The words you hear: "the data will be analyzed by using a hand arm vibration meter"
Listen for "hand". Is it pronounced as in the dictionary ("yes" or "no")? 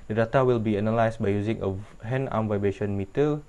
no